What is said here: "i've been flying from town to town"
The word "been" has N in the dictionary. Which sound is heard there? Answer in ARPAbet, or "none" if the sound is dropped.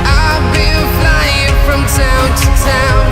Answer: L